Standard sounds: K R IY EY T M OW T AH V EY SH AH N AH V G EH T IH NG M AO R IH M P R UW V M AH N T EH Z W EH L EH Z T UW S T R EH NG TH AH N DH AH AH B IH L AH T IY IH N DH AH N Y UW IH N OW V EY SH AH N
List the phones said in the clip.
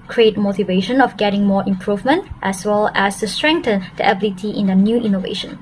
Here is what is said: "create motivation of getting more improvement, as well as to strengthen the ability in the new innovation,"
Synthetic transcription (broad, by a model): K R IY EY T M OW T AH V EY SH AH N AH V G EH T IH NG M AO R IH M P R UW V M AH N T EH S W EH L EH S T UW S T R EH NG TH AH N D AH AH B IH L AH T IY IH N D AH N Y UW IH N OW V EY SH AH N